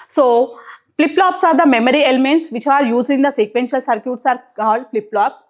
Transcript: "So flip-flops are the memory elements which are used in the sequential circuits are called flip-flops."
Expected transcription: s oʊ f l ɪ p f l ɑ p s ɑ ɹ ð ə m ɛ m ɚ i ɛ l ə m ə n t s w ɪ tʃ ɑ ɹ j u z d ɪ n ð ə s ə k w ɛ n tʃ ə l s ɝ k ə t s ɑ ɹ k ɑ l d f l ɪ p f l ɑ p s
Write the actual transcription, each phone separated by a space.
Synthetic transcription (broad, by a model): s oʊ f l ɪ p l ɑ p s ɑ ɹ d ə m ɛ m ɚ i ɛ l ə m ə n t s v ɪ tʃ ɑ ɹ j u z ɪ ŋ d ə s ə k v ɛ n ʃ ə l s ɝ k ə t s ɑ ɹ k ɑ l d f l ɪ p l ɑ p s